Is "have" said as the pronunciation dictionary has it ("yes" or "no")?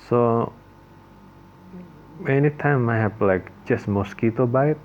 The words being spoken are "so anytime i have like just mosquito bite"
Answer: no